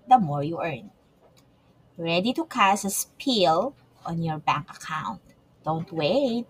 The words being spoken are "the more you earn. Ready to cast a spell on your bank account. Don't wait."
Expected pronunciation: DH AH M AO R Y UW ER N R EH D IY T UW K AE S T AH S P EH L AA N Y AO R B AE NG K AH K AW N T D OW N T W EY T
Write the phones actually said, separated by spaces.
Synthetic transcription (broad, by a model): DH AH M AO R Y UW ER N R EH D IY T UW K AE S AH S P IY L AA N Y AO R B AE NG K AH K AW N T D OW N T W EY T